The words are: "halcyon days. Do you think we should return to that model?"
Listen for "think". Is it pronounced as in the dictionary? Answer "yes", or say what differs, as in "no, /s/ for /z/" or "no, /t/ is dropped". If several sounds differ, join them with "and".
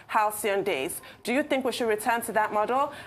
yes